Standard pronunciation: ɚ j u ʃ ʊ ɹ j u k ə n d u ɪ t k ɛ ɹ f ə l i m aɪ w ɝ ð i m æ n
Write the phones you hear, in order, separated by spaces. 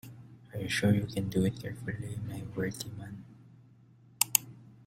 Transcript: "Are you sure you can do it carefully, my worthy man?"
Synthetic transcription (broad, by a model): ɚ j u ʃ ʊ ɹ j u k ə n d u ɪ t k ɛ ɹ f ə l i m aɪ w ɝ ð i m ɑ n